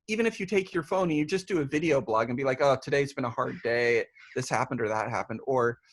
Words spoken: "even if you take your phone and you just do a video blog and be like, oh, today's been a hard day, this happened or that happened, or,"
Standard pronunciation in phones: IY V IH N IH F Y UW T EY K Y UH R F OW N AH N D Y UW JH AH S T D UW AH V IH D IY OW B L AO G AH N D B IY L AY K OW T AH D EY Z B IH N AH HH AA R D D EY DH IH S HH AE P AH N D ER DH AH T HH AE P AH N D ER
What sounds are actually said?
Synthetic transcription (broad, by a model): IY V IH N IH F Y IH T EY K Y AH R F OW AH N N Y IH JH AH S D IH AH V IH D IY OW B L AO G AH N B IY L AY K OW T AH D EY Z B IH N AH HH AA R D D EY DH IH S HH AE P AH N D ER DH AH T HH AE P AH N D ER